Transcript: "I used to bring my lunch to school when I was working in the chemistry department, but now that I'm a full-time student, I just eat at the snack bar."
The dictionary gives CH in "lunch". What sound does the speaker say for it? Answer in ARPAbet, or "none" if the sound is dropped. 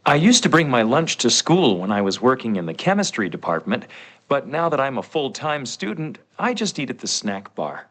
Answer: CH